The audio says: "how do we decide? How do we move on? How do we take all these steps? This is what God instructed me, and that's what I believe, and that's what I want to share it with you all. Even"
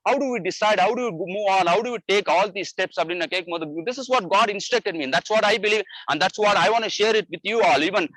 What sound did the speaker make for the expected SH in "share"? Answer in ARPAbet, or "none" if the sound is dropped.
SH